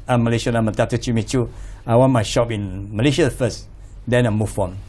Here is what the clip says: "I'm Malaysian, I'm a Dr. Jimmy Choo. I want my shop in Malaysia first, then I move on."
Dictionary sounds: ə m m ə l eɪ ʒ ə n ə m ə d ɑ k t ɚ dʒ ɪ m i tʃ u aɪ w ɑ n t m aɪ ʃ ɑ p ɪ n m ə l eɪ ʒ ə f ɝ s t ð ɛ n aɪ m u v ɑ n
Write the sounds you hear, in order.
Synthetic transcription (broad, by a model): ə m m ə l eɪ ʃ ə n ə m ə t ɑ t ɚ tʃ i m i tʃ u aɪ w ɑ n m aɪ ʃ ɑ p ɪ n m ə l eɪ ʃ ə f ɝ s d ɛ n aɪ m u f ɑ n